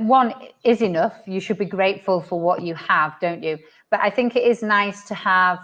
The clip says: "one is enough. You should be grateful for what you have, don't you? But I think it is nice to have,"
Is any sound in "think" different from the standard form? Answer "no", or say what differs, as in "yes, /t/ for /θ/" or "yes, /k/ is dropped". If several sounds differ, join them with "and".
no